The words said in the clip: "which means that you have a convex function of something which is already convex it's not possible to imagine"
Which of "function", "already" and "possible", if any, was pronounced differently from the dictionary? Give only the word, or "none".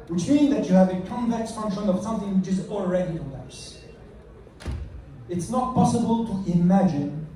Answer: none